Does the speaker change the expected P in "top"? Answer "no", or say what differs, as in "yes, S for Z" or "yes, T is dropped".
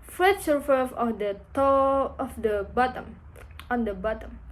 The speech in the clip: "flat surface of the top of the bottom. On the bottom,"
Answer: yes, P is dropped